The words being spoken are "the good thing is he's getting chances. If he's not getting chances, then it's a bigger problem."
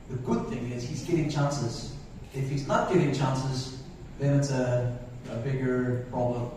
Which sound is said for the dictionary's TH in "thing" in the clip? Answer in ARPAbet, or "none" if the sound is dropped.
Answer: TH